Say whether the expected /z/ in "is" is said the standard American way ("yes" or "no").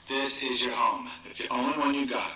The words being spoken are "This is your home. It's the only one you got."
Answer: yes